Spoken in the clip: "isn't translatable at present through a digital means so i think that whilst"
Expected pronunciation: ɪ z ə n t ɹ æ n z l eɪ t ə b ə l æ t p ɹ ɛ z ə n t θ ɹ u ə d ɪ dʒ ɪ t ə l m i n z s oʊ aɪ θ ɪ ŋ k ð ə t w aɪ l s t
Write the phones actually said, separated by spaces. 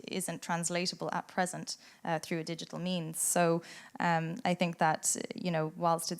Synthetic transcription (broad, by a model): ɪ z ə n t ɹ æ n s l eɪ t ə b ə l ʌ t p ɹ ɛ z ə n t θ ɹ u ə d ɪ dʒ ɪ t l m i n z s oʊ aɪ θ ɪ ŋ k ð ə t w aɪ l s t